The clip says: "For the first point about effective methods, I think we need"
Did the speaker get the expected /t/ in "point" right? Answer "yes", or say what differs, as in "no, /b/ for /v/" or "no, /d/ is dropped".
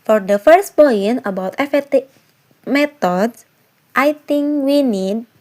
no, /t/ is dropped